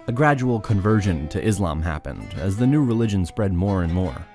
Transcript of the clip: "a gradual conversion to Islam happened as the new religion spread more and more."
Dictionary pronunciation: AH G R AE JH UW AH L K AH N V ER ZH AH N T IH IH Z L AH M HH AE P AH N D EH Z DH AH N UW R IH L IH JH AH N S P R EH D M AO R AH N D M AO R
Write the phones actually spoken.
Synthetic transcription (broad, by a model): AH G R AE JH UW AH L K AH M V ER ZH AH N T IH IH Z L AH M HH AE P AH N D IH Z DH AH N UW R IH L IH JH AH N S P R EH D M AO R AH N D M AO R